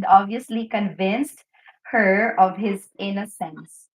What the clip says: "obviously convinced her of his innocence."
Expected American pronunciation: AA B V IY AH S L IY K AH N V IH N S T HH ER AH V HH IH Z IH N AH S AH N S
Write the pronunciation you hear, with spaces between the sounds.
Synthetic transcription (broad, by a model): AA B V IY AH S L IY K AH N V IH N S T HH ER AH V HH IH Z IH N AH S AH N S